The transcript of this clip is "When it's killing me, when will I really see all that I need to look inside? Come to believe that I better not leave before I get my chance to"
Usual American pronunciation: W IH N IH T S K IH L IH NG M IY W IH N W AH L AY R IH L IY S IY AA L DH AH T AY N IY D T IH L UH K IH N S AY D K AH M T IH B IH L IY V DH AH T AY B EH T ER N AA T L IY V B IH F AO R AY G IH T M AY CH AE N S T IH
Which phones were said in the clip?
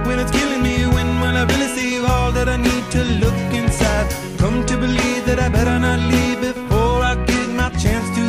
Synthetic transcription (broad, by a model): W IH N IH T S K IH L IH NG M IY W IH N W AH N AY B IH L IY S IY AA L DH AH T AY N IY D T IH L UH K IH N S AY D K AH M T IH B IH L IY V DH AH T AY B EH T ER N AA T L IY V B IH F AO R AY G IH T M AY CH AE N S T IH